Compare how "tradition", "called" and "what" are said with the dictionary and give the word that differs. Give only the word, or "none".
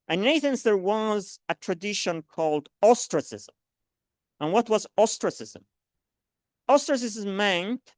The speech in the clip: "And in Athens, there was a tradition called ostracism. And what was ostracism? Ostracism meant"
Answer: none